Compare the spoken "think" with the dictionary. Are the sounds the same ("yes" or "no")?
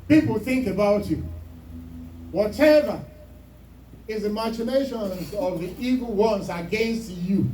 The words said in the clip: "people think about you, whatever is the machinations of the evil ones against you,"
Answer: yes